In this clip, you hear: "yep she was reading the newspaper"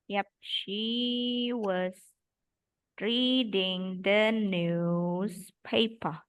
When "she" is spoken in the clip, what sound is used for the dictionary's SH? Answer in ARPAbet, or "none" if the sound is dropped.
SH